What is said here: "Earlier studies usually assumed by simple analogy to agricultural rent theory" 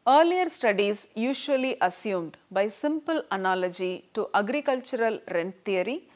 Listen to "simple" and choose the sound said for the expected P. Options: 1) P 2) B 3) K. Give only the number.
1